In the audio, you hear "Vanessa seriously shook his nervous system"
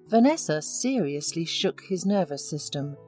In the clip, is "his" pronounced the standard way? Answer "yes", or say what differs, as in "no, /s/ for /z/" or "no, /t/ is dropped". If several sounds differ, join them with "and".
yes